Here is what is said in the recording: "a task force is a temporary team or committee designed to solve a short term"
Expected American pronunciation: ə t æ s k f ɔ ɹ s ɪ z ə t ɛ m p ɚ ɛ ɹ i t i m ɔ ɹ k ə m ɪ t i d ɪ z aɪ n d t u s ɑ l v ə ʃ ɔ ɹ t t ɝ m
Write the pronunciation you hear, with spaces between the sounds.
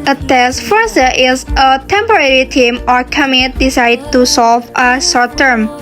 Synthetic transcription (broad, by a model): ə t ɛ s f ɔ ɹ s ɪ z ə t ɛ m p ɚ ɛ ɹ i t i m ɔ ɹ k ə m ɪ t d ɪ s aɪ d t u s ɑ l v ə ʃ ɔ ɹ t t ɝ m